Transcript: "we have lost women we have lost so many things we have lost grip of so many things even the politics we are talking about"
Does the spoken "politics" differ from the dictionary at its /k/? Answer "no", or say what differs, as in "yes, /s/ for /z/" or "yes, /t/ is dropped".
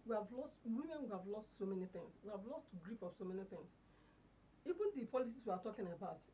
yes, /k/ is dropped